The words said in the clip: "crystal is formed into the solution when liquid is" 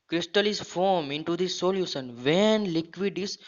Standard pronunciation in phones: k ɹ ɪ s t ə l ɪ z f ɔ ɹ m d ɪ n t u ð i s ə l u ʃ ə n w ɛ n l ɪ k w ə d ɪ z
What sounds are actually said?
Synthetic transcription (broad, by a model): k ɹ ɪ s t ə l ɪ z f ɔ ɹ m ɪ n t u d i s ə l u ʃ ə n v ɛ n l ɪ k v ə d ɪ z